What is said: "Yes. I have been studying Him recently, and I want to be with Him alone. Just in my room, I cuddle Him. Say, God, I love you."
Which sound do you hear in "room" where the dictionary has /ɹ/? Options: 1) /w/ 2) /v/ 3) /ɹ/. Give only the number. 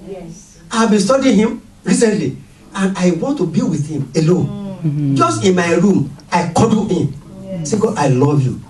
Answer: 3